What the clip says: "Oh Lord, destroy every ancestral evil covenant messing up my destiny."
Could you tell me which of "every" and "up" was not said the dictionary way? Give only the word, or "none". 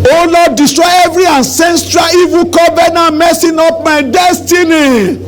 up